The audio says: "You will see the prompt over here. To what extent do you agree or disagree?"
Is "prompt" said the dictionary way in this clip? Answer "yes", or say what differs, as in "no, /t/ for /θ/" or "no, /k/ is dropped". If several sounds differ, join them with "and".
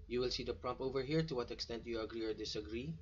no, /t/ is dropped